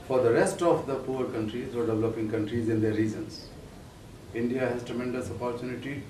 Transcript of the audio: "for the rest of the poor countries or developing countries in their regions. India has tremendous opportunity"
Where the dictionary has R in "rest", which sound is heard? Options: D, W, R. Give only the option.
R